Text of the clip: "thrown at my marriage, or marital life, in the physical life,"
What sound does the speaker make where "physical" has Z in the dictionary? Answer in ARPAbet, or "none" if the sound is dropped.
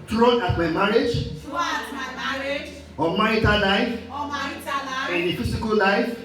S